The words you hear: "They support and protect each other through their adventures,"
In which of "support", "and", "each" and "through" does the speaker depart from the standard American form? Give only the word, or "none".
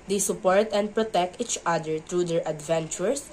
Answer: through